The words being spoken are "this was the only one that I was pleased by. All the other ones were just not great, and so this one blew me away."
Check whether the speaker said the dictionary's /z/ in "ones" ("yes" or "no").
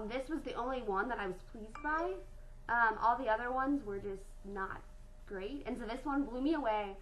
yes